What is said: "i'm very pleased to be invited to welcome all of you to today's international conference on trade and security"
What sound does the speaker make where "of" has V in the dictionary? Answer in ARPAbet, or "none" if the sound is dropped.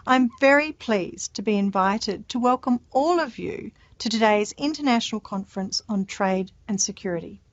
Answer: V